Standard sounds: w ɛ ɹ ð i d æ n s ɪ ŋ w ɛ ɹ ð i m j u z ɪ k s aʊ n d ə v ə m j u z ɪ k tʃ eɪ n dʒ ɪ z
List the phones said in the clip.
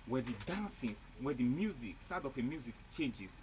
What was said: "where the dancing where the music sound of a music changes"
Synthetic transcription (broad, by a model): w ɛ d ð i d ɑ n s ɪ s w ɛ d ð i m j u z ɪ k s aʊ d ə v ə m j u z ɪ k tʃ eɪ n dʒ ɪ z